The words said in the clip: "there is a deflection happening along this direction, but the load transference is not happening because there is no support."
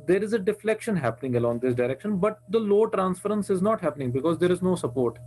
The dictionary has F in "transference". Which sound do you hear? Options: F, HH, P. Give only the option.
F